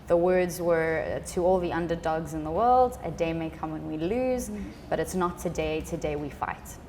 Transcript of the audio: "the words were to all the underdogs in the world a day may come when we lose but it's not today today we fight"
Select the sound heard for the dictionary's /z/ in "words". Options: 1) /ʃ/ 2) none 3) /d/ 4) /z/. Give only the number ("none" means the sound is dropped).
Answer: 4